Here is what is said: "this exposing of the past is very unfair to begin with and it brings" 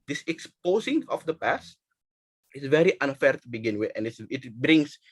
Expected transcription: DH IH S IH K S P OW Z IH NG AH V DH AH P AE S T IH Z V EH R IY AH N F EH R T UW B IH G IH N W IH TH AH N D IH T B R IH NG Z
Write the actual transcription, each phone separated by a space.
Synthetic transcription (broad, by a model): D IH S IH K S P OW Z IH NG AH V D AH P AE S T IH S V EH R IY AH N F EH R T UW B IH G IH N W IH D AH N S IH T B R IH NG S